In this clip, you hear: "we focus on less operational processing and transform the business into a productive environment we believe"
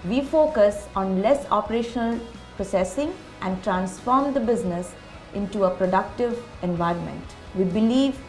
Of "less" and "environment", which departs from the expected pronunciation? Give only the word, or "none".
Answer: none